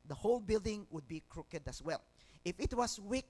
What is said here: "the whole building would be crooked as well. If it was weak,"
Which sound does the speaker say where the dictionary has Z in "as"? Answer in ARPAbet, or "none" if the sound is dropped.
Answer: S